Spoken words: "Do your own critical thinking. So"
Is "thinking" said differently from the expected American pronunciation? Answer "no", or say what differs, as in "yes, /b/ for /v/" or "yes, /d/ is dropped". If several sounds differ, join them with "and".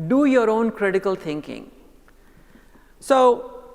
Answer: yes, /t/ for /θ/